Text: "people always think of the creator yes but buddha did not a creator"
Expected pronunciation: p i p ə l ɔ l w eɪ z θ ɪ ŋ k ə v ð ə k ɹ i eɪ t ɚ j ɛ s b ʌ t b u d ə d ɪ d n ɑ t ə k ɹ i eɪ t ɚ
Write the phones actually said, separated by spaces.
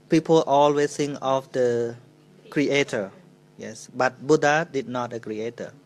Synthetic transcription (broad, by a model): p i p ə l ɔ l w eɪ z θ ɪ ŋ ə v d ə k ɹ i eɪ t ɚ j ɛ s b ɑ t b u d ə d ɪ d n ɑ t ə k ɹ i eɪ t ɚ